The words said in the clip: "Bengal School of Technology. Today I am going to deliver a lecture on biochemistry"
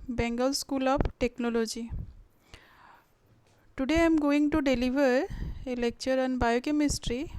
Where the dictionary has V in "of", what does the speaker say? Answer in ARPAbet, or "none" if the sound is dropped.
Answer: P